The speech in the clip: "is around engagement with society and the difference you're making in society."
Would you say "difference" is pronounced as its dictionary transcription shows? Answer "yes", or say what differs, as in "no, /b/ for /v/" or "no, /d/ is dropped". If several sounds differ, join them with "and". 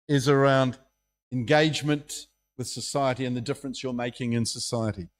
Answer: yes